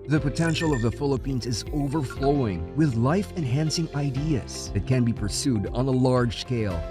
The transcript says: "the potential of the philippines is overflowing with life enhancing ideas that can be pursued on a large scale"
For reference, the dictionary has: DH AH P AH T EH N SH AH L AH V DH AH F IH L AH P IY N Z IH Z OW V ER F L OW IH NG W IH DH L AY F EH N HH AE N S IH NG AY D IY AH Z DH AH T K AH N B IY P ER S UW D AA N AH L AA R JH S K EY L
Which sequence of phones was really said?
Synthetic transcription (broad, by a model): DH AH P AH T EH N SH L AH V DH AH F IH L AH P IY N Z IH Z OW V ER F L OW IH NG W IH DH L AY F EH N HH AE N S IH NG AY D IY AH Z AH T K AH N B IY P ER S UW D N AH L AA R JH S K EY L